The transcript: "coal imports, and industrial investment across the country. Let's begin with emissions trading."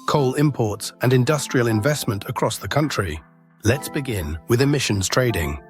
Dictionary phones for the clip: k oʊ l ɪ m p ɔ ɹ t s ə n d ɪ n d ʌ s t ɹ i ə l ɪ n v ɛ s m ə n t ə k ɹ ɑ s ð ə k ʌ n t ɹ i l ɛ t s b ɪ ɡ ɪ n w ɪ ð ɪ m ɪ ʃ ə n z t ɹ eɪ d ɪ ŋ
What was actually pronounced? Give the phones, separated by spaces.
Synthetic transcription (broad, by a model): k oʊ l ɪ m p ɔ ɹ t s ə n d ɪ n d ʌ s t ɹ i ə l ɪ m v ɛ s m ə n t ə k ɹ ɑ s ð ə k ʌ n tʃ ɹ i l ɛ t s b ɪ ɡ ɪ n w ɪ ð ɪ m ɪ ʃ ə n z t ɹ eɪ d ɪ ŋ